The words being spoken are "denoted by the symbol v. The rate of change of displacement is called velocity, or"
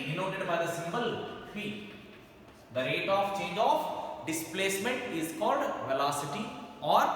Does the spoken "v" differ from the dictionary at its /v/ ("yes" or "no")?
yes